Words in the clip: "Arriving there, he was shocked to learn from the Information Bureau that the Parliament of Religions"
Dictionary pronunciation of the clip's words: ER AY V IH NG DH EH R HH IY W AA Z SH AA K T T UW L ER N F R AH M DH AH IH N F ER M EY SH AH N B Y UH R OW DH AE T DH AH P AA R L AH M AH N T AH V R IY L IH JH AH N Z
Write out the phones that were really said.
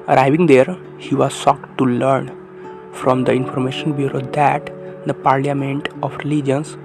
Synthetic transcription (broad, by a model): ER AY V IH NG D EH R HH IY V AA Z S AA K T T UW L ER N F R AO M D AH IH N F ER M EY SH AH N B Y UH R OW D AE T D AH P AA R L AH M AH N T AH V R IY L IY JH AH N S